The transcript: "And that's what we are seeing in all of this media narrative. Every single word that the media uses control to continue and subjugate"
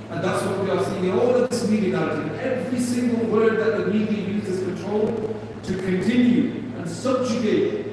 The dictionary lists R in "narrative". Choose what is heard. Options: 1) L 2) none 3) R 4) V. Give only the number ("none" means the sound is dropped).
2